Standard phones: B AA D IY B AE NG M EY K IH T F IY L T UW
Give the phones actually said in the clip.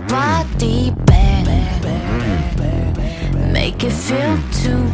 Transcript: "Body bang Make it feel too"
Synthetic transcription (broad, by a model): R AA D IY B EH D M EY K IH T F IY L T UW